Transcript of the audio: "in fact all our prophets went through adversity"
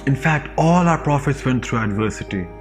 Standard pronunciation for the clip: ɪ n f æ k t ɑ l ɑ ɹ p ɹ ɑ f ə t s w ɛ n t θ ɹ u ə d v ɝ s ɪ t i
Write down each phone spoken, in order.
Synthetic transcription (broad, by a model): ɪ n f æ k t ɑ l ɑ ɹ p ɹ ɑ f ə t s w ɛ n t t ɹ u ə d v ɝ s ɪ t i